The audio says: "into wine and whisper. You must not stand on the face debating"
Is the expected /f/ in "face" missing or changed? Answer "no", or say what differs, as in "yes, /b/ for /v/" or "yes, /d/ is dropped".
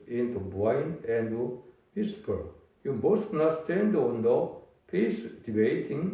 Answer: yes, /p/ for /f/